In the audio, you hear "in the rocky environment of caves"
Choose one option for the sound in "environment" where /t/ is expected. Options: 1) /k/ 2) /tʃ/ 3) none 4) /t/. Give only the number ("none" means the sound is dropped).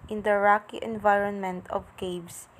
4